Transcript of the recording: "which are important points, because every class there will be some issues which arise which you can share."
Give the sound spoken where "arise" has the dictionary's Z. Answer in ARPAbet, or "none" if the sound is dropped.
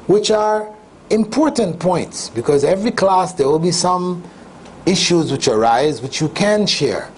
Z